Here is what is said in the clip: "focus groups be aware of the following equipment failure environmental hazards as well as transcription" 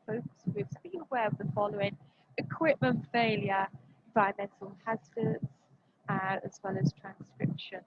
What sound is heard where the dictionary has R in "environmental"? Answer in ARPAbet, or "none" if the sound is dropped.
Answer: none